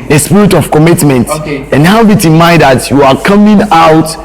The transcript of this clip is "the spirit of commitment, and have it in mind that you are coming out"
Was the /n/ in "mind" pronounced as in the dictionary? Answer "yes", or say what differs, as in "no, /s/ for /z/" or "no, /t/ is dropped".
no, /n/ is dropped